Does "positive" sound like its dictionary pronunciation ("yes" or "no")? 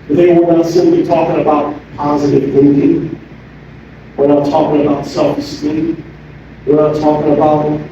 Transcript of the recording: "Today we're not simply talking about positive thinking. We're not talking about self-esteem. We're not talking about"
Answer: yes